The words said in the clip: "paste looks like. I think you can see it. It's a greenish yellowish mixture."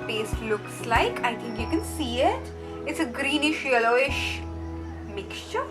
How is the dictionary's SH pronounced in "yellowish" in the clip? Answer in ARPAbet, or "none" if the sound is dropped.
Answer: SH